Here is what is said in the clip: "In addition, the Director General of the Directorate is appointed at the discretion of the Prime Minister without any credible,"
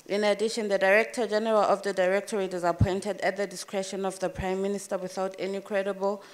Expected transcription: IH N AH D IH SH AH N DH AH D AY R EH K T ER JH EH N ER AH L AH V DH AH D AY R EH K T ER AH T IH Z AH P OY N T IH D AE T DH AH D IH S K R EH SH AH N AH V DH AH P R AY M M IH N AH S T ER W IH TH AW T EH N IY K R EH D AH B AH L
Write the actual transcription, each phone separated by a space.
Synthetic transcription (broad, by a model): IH N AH D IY SH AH N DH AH D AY R EH K T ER JH EH N ER AH L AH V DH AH D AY R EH K T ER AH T IH Z AH P OY N T IH D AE T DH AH D IH S K R EH SH AH N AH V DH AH P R AY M M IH N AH S T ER W IH TH AW T EH N IY K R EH D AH B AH L